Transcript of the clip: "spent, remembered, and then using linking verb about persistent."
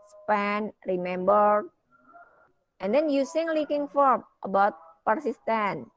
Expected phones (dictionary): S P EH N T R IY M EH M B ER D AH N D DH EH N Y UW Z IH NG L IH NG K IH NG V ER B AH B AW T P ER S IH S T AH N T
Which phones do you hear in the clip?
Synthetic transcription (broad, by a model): S P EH N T R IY M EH M B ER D AH N D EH N Y UW S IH NG L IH K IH NG F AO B AH B AW T P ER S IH S T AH N